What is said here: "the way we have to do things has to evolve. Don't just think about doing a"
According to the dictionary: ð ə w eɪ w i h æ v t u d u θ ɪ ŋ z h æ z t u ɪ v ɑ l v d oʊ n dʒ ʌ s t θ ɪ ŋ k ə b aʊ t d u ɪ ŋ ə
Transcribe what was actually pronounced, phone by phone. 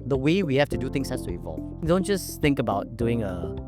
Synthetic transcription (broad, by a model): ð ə w eɪ w i h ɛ f t u d u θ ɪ ŋ s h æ s t u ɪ v ɑ l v d oʊ n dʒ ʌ s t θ ɪ ŋ k ə b aʊ t d u ɪ ŋ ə